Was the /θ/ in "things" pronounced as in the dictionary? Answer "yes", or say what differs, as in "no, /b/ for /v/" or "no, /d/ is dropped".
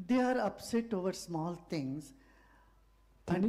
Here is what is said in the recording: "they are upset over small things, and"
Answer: no, /t/ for /θ/